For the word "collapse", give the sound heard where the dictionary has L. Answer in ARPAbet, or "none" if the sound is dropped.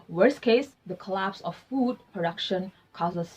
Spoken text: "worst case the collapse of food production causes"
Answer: L